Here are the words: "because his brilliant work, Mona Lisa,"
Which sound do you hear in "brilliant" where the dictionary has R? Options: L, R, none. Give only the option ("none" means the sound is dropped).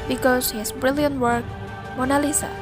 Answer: R